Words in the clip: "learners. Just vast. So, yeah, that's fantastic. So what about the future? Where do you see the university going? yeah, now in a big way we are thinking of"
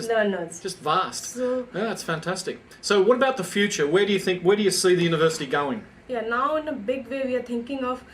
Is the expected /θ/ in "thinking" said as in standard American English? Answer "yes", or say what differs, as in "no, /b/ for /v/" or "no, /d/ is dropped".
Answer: no, /t/ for /θ/